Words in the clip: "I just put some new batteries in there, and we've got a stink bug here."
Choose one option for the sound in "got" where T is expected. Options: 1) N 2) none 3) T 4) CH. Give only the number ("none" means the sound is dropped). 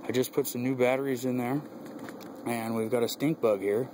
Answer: 3